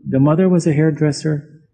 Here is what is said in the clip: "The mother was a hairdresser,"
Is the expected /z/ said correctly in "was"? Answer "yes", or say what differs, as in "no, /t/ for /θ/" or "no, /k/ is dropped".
yes